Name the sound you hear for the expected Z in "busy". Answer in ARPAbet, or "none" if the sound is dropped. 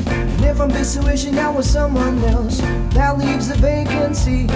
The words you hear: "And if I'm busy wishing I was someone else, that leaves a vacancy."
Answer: S